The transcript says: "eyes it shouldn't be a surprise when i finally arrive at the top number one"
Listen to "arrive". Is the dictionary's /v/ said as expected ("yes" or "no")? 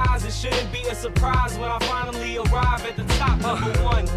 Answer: yes